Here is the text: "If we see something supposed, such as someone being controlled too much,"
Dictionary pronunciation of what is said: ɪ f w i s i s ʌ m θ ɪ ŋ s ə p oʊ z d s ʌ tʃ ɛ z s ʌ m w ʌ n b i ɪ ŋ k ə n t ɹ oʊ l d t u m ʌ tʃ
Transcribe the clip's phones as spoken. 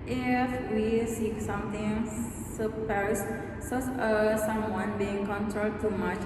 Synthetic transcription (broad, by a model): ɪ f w i s i s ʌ m t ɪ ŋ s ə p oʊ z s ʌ s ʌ s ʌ m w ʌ n b i ɪ ŋ k ə n t ɹ oʊ l d t u m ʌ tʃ